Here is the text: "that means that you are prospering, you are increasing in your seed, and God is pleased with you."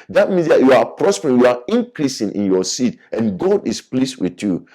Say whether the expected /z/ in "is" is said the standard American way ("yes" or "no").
no